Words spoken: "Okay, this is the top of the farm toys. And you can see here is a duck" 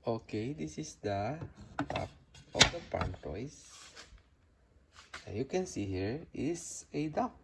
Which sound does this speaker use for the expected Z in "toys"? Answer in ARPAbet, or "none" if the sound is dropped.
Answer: S